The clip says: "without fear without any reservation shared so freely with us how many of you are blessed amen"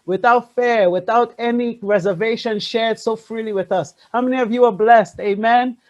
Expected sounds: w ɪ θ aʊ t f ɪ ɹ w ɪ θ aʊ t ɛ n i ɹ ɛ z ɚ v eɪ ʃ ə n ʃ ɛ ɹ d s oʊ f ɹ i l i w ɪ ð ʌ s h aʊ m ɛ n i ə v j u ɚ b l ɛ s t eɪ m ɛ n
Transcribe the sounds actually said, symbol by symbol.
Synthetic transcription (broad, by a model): w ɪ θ aʊ t f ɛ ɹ w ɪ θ aʊ t ɛ n i ɹ ɛ z ɚ v eɪ ʃ ə n ʃ ɛ ɹ d s oʊ f ɹ i l i w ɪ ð ʌ s h aʊ m ɛ n i ə v j u ɚ b l ɛ s t eɪ m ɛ n